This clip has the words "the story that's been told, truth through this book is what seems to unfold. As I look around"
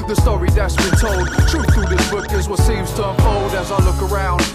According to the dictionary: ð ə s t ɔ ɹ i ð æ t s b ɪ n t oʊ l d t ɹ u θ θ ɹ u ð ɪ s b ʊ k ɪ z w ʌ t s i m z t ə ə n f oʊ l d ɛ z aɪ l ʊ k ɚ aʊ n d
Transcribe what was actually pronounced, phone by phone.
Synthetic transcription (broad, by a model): ð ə s t ɔ ɹ i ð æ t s b ɪ n t oʊ l d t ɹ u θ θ u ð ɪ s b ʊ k ɪ z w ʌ s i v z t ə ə f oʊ l d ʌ z aɪ l ʊ k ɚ aʊ n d